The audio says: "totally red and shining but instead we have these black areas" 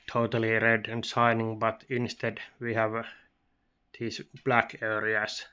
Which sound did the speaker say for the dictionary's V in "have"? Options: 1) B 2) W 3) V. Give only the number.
3